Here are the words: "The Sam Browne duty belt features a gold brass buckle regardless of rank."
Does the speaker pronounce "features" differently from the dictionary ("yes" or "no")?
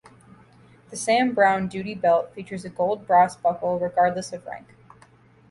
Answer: no